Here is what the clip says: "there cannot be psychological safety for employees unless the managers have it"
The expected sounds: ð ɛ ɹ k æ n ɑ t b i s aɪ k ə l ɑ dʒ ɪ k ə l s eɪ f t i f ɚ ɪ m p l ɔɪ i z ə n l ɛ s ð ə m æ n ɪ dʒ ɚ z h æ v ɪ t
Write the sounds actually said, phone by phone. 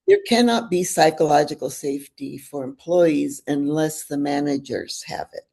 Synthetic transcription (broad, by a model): ð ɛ ɹ k æ n ɑ t b i s aɪ k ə l ɑ dʒ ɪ k l s eɪ f t i f ɚ ɪ m p l ɔɪ i z ə n l ɛ s ð ə m æ n ɪ dʒ ɚ z h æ v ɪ t